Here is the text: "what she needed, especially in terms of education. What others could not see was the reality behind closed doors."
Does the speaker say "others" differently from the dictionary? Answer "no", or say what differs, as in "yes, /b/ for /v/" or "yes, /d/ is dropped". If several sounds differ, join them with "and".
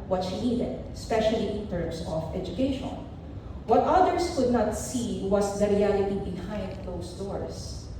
yes, /s/ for /z/